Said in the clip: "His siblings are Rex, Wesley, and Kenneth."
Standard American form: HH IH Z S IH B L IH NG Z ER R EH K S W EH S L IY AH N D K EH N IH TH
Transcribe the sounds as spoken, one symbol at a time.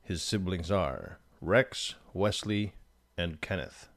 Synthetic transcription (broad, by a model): HH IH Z S IH B L IH NG Z ER R EH K S W EH S L IY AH N K EH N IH TH